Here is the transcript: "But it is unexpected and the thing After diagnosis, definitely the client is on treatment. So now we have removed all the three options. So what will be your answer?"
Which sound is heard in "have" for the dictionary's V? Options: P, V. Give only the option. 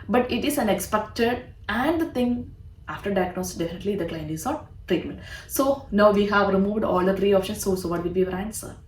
V